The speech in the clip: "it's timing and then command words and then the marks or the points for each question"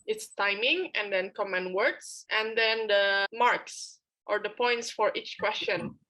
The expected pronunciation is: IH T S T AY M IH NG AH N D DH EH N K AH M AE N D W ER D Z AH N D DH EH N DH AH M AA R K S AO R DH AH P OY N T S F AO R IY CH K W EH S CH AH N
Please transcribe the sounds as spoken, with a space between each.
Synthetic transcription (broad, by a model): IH T S T AY M IH NG AH N D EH N K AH M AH N W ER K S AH N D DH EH N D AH M AA R K S AO R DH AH P OY N T S F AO R IY CH K W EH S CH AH N